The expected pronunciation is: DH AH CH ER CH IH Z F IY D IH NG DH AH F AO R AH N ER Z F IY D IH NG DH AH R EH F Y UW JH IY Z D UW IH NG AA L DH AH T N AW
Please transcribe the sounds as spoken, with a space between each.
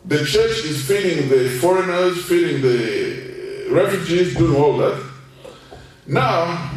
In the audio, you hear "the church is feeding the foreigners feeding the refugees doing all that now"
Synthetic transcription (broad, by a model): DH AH CH ER CH IH Z F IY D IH NG DH AH F AO R AH N ER Z F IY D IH NG DH AH R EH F Y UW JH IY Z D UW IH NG AA L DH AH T N AW